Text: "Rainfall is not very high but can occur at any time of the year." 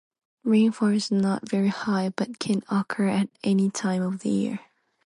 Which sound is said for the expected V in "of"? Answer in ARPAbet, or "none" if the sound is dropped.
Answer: V